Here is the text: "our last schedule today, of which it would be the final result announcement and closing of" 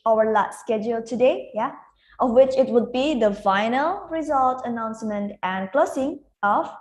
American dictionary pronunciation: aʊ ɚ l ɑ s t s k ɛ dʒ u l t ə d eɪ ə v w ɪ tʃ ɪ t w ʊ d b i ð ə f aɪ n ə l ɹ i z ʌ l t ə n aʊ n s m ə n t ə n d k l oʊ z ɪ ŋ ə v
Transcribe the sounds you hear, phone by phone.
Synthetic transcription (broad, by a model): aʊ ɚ l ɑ t s k ɛ dʒ u l t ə d eɪ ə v w ɪ tʃ ɪ t w ʊ d b i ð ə f aɪ n ə l ɹ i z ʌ l t ə n aʊ n s m ə n t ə n k l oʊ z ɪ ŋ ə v